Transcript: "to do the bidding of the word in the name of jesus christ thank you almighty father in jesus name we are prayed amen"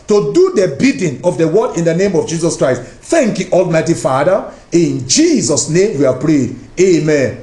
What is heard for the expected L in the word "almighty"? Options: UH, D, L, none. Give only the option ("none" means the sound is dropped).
L